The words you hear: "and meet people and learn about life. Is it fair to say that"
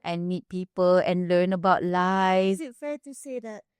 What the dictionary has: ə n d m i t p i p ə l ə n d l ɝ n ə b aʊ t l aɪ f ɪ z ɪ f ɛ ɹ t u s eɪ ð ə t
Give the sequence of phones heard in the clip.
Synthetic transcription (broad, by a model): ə n m i t p i p ə l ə n l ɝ n ə b aʊ t l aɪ ɪ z ɪ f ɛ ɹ t u s eɪ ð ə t